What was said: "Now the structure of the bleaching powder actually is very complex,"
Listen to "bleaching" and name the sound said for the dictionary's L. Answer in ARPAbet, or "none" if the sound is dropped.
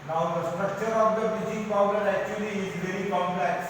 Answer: none